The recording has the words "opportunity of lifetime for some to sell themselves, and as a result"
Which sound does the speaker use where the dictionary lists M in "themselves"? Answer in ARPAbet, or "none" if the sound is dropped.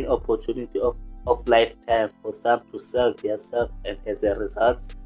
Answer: none